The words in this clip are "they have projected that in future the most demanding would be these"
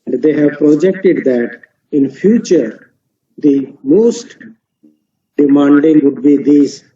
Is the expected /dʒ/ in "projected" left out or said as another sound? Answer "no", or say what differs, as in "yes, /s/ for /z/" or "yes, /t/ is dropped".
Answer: no